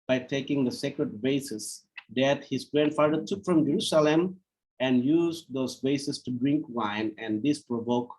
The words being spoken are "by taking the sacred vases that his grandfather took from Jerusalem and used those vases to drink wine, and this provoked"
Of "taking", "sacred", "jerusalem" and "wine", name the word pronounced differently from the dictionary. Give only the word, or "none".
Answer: none